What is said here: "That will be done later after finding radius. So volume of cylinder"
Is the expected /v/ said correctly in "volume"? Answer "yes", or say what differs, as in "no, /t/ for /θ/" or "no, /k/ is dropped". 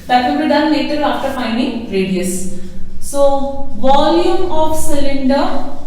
yes